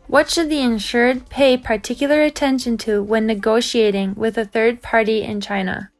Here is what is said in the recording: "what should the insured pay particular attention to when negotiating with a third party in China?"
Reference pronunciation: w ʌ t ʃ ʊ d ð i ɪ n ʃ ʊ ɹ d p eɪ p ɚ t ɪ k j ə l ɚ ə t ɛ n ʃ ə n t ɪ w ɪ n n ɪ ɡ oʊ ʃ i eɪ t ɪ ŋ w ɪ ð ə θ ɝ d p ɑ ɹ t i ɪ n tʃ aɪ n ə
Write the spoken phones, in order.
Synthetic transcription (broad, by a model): w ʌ t ʃ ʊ d ð i ɪ n ʃ ʊ ɹ d p eɪ p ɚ t ɪ k j l ɚ ə t ɛ n ʃ ə n t ɪ w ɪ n n ɪ ɡ oʊ ʃ i eɪ t ɪ ŋ w ɪ ð ə θ ɝ d p ɑ ɹ t i ɪ n tʃ aɪ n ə